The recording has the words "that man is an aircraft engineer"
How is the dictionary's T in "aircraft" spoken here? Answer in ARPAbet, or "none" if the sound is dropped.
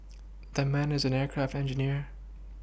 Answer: T